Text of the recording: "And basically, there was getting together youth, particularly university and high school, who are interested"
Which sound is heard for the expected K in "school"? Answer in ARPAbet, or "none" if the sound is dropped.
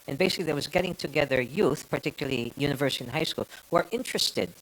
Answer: K